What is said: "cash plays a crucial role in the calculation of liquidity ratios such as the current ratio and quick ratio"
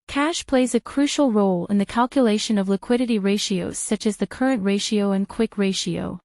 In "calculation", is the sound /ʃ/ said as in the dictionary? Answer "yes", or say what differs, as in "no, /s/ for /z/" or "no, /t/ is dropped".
yes